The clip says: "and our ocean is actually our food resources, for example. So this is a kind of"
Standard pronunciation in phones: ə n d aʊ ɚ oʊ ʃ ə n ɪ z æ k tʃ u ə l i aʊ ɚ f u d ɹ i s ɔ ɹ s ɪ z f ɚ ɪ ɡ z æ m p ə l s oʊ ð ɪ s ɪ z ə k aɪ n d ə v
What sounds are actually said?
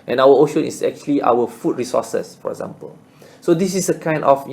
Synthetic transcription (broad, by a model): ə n aʊ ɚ oʊ ʃ ə n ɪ s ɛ k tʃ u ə l i aʊ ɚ f u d ɹ i s ɔ s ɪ s f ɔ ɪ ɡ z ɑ m p ə l s oʊ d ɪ s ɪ s ə k aɪ n d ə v